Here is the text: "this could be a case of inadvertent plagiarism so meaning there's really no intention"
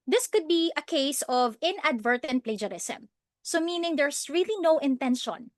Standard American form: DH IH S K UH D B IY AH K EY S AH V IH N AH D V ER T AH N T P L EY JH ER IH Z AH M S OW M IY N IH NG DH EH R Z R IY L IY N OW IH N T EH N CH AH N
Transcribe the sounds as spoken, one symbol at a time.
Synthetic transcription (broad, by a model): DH IH S K UH D B IY AH K EY S AH V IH N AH D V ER T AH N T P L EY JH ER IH S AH M S OW M IY N IH NG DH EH R S R IY L IY N OW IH N T EH N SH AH N